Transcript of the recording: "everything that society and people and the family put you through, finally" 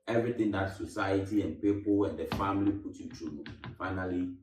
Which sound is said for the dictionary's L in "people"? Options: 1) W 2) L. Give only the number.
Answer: 1